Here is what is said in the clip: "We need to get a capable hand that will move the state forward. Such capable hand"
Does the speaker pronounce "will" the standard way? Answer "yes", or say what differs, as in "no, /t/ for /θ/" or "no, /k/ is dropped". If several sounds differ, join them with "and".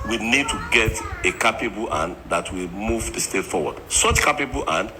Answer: yes